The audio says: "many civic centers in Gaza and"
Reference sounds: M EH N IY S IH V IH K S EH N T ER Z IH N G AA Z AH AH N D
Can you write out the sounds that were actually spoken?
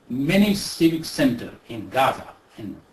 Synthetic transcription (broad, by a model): M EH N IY S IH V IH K S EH N T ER IH N G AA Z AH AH N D